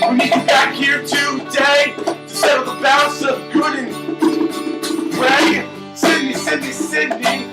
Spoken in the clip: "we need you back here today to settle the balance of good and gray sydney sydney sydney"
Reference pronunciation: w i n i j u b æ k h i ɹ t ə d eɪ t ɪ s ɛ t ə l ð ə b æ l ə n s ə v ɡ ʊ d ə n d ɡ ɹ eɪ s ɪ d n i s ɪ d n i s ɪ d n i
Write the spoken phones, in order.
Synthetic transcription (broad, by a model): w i n i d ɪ b æ k h i ɹ t ə d eɪ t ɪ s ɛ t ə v ð ə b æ ə s ə v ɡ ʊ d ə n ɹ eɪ s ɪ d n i s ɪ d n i s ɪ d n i